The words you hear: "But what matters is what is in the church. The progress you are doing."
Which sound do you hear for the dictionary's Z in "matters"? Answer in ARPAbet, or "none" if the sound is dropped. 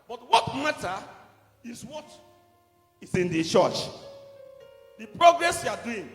none